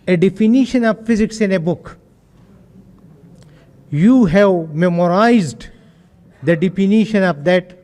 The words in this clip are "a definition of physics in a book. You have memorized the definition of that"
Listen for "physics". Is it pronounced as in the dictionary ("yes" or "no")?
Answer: yes